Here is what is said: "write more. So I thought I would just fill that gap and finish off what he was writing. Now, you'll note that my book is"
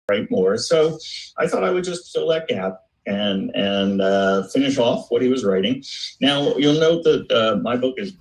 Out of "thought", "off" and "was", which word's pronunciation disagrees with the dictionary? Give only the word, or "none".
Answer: none